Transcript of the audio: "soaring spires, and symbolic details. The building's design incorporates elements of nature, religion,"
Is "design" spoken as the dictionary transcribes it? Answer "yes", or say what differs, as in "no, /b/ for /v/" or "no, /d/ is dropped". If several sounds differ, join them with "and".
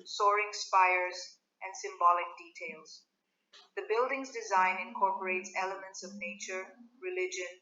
yes